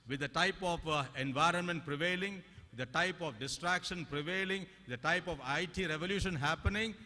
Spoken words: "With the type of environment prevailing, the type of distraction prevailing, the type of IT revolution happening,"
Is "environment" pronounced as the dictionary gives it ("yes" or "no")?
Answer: yes